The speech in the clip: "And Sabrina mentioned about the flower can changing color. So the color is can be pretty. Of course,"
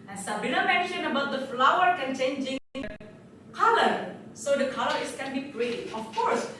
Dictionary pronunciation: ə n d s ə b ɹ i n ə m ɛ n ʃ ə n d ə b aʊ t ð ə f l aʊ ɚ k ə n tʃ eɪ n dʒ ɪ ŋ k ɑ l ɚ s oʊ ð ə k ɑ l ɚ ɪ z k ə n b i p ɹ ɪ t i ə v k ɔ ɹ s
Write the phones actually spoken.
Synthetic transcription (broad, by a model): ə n s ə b i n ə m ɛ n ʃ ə n ə b aʊ t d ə f l aʊ ɚ k ə n tʃ eɪ n dʒ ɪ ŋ k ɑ l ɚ s oʊ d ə k ɑ l ɚ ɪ s k ə n b i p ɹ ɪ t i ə f k ɔ ɹ s